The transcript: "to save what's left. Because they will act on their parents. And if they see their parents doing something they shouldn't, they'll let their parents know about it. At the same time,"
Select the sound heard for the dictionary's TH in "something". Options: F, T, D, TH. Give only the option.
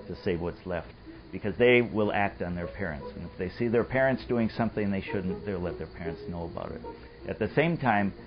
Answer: TH